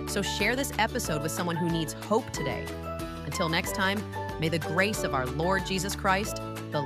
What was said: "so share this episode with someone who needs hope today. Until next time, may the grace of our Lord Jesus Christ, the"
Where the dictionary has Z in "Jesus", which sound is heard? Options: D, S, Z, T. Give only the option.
Z